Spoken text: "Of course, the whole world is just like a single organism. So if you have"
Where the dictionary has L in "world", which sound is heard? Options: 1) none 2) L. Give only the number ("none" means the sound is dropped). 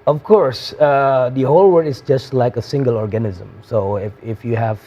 1